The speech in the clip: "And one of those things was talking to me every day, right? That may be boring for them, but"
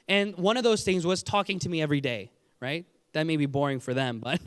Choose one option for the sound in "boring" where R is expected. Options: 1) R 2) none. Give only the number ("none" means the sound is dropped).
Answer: 1